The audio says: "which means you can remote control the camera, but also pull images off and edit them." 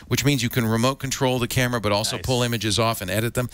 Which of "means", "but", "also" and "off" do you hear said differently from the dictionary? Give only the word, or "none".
none